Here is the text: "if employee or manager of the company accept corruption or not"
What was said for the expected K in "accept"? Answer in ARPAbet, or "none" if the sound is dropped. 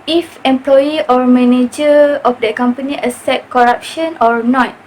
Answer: none